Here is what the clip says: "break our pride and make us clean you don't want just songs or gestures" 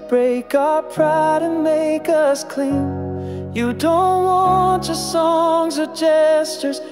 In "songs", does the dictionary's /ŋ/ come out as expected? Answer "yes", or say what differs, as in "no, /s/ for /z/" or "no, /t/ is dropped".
yes